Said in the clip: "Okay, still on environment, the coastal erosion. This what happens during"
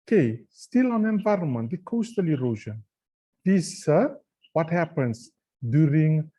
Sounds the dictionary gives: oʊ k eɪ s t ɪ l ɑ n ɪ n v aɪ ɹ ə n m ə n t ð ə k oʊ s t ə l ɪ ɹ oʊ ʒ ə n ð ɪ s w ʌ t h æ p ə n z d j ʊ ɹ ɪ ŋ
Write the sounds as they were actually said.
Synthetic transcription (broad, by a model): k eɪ s t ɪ l ɑ n ɪ n v aɪ ɹ ə n m ə n t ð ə k oʊ s t ə l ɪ ɹ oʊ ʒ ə n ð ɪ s w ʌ t h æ p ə n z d j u ɹ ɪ ŋ